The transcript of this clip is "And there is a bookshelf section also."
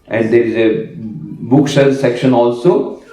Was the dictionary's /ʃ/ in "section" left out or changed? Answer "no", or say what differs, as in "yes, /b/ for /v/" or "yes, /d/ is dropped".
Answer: no